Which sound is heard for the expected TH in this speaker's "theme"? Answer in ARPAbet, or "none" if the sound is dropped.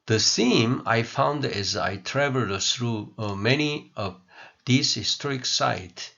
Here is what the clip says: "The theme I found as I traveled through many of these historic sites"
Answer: S